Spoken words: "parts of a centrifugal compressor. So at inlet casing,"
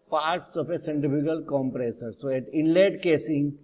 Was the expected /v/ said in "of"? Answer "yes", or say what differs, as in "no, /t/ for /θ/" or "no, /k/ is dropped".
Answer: no, /p/ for /v/